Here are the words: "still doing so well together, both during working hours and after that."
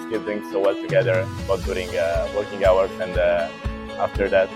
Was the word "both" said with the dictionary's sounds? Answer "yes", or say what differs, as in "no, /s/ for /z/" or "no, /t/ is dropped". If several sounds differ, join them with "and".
no, /t/ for /θ/